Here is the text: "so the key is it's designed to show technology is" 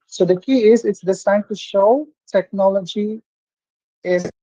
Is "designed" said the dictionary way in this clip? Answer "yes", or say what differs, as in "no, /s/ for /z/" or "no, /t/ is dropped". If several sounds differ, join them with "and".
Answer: no, /s/ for /z/